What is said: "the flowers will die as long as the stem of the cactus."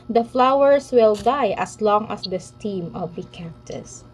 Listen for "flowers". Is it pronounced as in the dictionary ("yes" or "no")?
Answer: no